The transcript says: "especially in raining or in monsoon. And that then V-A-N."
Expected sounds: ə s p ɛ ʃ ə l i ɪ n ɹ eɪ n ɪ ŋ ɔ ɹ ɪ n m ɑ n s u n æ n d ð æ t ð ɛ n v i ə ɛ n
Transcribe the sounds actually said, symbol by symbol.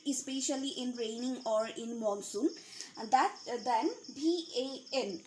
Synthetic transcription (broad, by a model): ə s p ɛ ʃ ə l i ɪ n ɹ eɪ n ɪ ŋ ɔ ɹ ɪ n m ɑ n s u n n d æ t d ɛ n b i ə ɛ n